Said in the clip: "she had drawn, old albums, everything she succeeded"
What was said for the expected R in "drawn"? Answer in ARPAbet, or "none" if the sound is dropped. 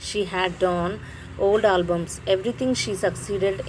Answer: none